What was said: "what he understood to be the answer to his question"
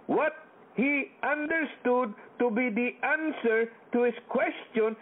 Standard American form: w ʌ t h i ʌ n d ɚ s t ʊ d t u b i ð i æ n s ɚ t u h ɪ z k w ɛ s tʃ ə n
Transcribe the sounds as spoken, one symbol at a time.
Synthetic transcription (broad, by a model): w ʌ t h i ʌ n d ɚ s t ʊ d t u b i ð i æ n s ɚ t u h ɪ s k w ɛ s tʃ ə n